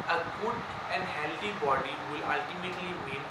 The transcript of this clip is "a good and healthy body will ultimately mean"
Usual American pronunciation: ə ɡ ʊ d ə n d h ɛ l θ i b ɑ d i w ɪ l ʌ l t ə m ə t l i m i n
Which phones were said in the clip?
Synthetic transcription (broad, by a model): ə ɡ ʊ d ə n d h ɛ l t i b ɑ d i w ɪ l ʌ l t ə m ə t l i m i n